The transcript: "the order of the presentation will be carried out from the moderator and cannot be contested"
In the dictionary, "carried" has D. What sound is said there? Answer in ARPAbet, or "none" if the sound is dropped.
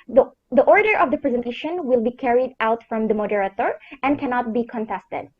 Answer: D